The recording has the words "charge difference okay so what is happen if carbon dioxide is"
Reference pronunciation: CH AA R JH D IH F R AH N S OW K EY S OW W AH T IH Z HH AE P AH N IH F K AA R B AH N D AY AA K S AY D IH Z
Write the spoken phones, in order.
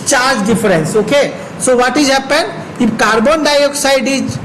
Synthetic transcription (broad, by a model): CH AA R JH D IH F R AH N S OW K EY S OW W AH T IH Z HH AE P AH N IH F K AA R B AH N D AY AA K S AY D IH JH